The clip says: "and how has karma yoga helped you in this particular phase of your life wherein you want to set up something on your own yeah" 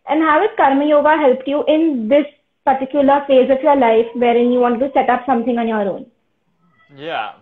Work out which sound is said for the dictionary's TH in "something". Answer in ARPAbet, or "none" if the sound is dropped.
T